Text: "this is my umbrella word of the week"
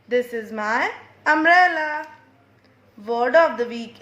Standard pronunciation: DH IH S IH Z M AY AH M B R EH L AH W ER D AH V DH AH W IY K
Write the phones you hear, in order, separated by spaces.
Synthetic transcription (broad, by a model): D IH S IH Z M AY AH M R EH L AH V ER D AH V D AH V IY K